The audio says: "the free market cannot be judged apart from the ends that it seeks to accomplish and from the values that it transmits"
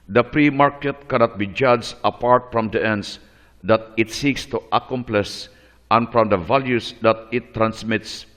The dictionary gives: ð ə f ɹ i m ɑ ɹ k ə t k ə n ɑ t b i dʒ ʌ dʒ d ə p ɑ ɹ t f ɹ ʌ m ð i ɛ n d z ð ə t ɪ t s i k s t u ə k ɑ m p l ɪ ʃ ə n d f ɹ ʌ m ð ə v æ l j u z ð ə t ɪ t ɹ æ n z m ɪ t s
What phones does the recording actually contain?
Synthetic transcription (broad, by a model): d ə p ɹ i m ɑ ɹ k ə t k ə n ɑ t b i dʒ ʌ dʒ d ə p ɑ ɹ t f ɹ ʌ m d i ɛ n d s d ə t ɪ t s i k s t u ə k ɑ m p l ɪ s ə n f ɹ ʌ m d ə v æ l j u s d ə t ɪ t ɹ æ n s m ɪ t s